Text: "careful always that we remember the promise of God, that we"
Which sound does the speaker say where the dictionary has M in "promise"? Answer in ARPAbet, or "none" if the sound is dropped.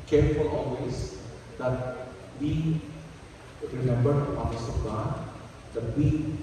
none